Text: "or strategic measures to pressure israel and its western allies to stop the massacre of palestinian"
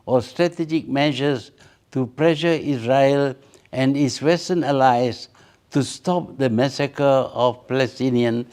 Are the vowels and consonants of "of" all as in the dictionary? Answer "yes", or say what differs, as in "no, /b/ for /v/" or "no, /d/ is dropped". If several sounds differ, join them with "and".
no, /f/ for /v/